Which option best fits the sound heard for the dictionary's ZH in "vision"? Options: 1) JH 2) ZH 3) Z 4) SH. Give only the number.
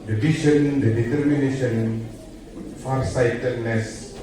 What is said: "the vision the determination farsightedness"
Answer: 4